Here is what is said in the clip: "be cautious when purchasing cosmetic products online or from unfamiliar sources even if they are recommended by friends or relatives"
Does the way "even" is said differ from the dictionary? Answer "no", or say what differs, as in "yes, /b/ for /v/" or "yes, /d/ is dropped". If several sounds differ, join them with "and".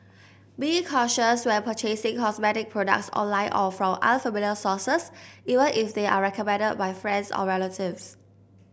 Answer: no